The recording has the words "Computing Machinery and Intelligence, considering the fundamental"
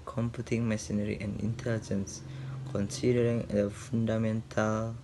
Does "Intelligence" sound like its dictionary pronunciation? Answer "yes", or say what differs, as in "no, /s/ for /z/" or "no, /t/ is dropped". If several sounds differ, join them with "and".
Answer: yes